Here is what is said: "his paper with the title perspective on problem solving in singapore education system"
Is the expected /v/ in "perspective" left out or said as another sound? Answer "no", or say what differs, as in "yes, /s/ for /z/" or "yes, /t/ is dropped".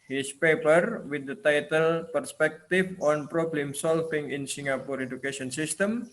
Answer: yes, /f/ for /v/